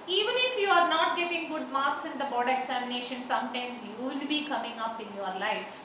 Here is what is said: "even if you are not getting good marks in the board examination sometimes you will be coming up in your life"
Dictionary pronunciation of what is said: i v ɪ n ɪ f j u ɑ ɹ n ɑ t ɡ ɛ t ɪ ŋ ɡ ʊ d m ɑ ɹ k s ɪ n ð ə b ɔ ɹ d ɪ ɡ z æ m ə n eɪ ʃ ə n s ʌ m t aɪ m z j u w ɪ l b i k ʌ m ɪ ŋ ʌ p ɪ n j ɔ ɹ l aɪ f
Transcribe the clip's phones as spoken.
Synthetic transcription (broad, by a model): i v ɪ n ɪ f j u ɑ ɹ n ɑ t ɡ ɛ t ɪ ŋ ɡ ʊ d m ɑ ɹ k s ɪ n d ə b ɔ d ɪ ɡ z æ m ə n eɪ ʃ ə n s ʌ m t aɪ m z j u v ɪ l b i k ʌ m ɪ ŋ ʌ p ɪ n j ɔ ɹ l aɪ f